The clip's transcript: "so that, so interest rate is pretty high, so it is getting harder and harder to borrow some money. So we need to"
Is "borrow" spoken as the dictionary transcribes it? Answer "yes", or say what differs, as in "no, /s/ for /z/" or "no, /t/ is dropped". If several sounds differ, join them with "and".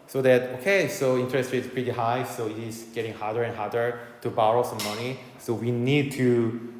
yes